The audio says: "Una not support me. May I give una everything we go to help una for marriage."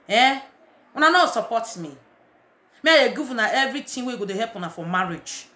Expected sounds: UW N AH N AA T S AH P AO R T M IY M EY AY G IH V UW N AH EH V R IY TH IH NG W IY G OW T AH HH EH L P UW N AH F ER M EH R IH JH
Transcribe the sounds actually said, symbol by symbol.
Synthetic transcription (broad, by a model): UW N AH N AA S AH P AO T M IY M EY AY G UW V UW N AH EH V R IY T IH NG W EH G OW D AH HH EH P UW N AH F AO M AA R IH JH